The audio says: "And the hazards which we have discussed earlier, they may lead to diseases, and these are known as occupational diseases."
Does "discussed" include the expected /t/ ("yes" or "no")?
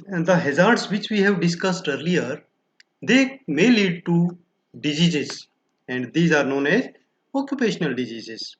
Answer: yes